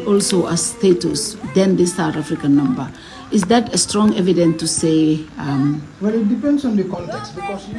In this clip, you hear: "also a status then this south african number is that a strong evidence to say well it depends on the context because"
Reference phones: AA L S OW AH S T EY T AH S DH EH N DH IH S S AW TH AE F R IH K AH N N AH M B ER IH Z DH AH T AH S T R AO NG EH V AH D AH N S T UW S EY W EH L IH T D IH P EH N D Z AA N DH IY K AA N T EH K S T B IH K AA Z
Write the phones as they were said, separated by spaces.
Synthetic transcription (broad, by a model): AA L S OW AH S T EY T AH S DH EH N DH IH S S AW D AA F R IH K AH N N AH M B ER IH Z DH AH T AH S T R AO NG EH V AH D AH N T UW S EY W EH L IH T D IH P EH N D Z AA N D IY K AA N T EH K S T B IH K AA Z